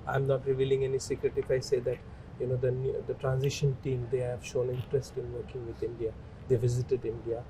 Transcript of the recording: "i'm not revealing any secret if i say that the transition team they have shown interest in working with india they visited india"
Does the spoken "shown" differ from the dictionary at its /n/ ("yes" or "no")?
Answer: no